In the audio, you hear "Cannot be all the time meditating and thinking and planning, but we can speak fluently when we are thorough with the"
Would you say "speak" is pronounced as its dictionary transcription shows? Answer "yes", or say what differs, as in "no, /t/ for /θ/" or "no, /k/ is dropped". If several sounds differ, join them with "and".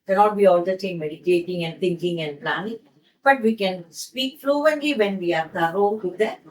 yes